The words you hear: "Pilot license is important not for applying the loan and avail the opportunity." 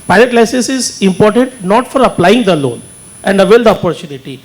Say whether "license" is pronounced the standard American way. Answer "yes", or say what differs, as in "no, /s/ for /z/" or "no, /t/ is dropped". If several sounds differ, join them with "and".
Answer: no, /n/ is dropped